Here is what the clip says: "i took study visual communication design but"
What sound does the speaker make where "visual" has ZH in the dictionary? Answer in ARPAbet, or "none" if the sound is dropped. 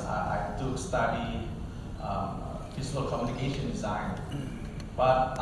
Z